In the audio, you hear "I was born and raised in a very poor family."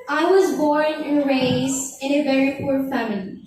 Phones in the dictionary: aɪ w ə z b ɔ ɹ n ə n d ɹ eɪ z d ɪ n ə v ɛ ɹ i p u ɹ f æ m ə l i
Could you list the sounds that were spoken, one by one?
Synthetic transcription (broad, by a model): aɪ w ə z b ɔ ɹ n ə n ɹ eɪ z ɪ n ə v ɛ ɹ i p u ɹ f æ m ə l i